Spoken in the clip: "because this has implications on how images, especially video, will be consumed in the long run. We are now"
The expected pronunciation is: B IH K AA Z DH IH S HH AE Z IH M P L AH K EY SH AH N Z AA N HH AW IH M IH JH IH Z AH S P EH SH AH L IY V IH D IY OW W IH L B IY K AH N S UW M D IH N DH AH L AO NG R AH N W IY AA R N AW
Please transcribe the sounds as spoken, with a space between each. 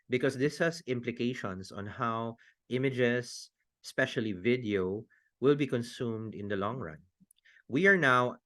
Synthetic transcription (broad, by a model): B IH K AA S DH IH S HH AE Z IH M P L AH K EY SH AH N S AA N HH AW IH M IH JH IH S S P EH SH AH L IY V IH D IY OW W IH L B IY K AH N S UW M D IH N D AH L AO NG R AH N W IY AA R N AW